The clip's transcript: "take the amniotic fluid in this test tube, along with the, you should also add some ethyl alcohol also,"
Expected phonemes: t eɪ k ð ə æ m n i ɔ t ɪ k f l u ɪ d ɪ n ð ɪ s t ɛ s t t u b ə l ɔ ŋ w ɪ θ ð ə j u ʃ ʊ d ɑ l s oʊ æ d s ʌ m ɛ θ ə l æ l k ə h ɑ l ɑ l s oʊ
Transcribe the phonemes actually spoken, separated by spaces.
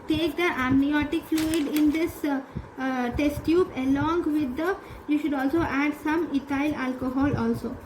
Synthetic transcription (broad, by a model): t eɪ k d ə æ m n i ɔ t ɪ k f l u ɪ d ɪ n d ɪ s t ɛ s t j u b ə l ɔ ŋ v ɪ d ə j u ʃ ʊ d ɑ l s oʊ æ d s ʌ m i t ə l æ l k ə h ɑ l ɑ l s oʊ